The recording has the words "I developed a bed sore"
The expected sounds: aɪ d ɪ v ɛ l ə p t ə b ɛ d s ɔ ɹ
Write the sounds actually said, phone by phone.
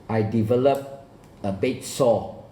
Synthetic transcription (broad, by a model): aɪ d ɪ v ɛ l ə p ə b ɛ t s ɔ